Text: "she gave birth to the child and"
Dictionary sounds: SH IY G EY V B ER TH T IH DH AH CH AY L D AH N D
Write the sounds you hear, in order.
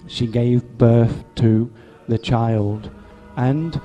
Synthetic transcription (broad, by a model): SH IY G EY V B ER TH T IH DH AH CH AY L D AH N